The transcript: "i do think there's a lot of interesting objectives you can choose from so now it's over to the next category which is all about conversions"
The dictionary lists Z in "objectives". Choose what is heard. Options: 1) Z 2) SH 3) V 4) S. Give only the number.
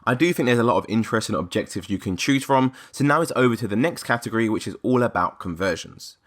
1